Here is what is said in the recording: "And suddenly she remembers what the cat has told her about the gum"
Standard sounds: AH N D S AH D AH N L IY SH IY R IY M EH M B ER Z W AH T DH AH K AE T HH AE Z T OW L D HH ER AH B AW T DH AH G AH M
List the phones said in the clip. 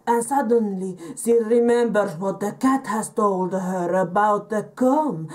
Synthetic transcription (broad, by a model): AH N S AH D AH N L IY S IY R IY M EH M B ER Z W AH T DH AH K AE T HH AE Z T OW L D HH ER AH B AW T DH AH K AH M